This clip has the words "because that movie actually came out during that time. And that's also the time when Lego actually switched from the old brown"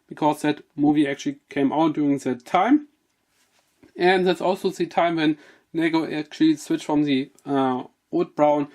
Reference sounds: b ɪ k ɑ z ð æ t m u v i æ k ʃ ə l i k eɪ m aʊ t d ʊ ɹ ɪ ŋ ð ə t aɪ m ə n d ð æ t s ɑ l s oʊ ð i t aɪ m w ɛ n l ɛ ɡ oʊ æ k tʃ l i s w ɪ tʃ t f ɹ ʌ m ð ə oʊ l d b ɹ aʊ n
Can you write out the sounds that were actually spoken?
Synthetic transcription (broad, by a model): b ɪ k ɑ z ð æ t m u v i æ k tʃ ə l i k eɪ m aʊ t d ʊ ɹ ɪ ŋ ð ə t aɪ m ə n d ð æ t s ɑ l s oʊ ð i t aɪ m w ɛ n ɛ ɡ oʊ æ k tʃ l i s w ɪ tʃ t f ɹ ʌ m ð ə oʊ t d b ɹ aʊ n